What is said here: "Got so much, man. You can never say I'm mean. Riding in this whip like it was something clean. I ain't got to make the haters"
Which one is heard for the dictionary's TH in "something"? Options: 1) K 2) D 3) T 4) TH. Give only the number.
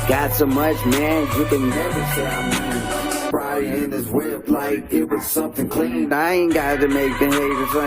4